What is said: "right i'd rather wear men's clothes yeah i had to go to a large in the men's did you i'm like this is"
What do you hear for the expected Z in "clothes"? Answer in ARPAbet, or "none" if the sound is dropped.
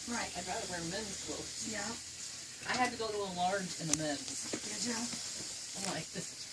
none